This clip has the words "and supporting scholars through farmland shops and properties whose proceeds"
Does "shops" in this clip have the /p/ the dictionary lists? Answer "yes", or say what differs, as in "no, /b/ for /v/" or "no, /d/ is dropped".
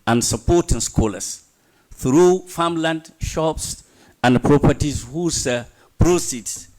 yes